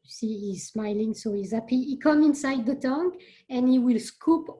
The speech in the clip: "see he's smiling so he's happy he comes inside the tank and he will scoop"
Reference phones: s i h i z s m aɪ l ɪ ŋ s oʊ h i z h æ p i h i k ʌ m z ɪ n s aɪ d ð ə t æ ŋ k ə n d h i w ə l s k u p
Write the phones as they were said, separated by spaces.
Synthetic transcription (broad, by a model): s i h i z s m aɪ l ɪ ŋ s oʊ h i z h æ p i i k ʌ m ɪ n s aɪ d ð ə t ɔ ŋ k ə n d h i w ə l s k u p